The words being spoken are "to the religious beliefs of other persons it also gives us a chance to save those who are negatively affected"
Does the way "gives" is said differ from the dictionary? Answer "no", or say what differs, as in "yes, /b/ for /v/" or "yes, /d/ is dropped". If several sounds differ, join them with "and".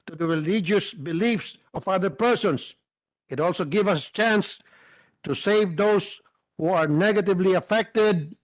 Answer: yes, /z/ is dropped